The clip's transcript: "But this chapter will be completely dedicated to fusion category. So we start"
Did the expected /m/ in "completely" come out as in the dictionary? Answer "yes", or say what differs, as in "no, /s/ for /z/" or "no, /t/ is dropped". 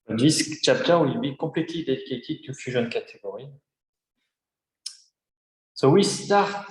no, /m/ is dropped